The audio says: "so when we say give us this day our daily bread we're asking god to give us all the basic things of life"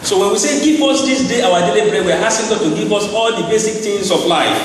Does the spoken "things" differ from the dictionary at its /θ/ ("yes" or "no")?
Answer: yes